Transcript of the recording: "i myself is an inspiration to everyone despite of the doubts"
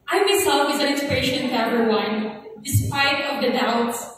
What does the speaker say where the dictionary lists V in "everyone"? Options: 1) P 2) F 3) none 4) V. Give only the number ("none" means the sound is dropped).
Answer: 3